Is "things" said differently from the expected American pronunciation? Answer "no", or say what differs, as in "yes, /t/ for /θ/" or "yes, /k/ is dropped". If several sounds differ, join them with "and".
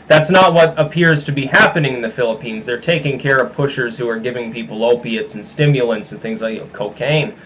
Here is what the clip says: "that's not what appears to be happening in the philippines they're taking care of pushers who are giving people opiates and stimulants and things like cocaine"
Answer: no